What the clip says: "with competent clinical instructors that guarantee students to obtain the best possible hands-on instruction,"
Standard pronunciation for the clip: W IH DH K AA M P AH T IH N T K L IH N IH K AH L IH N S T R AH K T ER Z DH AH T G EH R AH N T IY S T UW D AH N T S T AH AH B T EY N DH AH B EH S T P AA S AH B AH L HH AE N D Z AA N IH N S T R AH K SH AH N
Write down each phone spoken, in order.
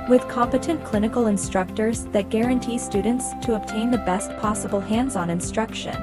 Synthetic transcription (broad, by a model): W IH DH K AA M P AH T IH N K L IH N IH K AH L IH N S T R AH K T ER Z DH AH T G EH R AH N T IY S T UW D N T S T AH AH B T EY N DH AH B EH S T P AA S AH B L HH AE N D Z N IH N S T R AH K SH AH N